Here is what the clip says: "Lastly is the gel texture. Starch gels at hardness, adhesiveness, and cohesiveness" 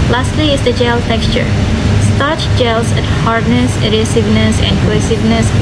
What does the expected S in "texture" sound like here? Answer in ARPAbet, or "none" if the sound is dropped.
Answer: S